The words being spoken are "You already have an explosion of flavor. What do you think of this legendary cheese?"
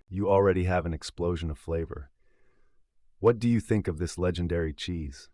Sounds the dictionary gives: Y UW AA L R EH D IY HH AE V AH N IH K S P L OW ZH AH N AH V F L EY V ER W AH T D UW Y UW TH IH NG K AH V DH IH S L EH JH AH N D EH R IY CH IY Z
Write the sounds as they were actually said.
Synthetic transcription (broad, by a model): Y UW AA L R EH D IY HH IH V AH N IH K S P L OW ZH AH N AH V F L EY V ER W AH T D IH Y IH TH IH NG K AH V DH IH S L EH JH AH N D EH R IY CH IY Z